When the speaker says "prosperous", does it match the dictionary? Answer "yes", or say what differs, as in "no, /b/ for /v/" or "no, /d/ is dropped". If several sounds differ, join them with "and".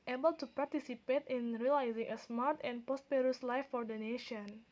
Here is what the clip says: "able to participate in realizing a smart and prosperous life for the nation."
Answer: no, /ɹ/ is dropped